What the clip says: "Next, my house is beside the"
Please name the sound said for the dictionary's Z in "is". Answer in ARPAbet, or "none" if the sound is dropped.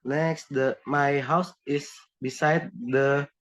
S